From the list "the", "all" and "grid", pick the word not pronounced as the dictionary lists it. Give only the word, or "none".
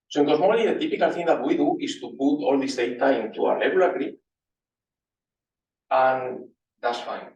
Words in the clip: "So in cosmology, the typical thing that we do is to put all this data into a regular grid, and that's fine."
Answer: grid